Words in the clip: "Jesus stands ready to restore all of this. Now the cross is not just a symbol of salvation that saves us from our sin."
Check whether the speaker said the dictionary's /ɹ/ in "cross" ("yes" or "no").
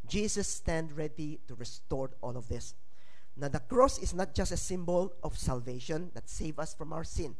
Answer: yes